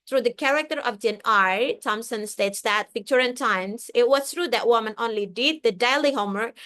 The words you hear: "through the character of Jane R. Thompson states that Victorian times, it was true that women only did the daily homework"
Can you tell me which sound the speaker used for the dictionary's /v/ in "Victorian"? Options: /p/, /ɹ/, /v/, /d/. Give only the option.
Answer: /p/